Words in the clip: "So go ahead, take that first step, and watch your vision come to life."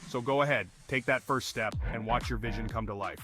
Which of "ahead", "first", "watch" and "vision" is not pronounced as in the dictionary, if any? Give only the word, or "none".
none